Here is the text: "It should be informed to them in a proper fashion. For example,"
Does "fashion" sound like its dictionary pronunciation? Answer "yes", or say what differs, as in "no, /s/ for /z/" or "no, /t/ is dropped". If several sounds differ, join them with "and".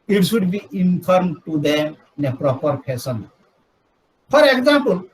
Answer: no, /s/ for /ʃ/